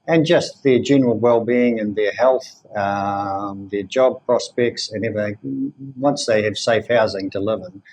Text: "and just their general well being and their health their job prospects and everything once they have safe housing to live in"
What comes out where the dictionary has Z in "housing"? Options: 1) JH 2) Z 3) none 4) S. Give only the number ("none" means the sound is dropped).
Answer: 2